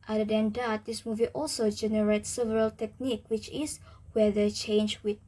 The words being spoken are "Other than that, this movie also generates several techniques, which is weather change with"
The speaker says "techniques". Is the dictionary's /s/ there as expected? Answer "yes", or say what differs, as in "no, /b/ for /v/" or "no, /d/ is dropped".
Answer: no, /s/ is dropped